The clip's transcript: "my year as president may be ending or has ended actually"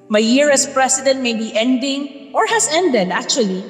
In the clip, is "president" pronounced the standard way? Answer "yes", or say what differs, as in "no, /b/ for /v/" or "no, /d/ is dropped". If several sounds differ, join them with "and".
no, /s/ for /z/